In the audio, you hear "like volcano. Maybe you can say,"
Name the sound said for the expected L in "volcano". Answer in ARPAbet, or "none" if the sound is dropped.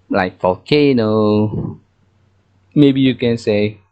none